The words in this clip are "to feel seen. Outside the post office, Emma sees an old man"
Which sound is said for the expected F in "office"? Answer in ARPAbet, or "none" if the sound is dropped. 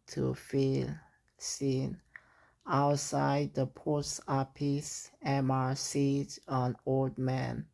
P